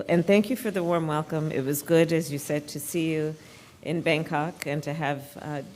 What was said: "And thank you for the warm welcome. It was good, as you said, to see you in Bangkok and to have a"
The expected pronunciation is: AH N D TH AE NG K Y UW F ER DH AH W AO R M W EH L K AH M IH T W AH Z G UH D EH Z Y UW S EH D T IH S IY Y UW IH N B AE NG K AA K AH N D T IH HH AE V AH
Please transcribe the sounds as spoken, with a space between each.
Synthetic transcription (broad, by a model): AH N TH AE NG K Y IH F ER DH AH W AO R M W EH L K AH M IH T W AH Z G UH D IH Z Y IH S EH D T IH S IY Y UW IH N B AE NG K AA K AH N T IH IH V